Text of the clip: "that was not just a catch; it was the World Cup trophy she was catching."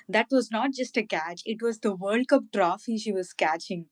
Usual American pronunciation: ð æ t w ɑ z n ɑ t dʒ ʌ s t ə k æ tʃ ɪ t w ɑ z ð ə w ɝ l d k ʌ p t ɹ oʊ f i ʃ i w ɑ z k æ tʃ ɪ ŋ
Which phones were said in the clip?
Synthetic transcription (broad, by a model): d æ t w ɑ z n ɑ t dʒ ʌ s t ə k æ tʃ ɪ t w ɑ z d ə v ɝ l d k ʌ p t ɹ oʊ f i ʃ i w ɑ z k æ tʃ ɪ ŋ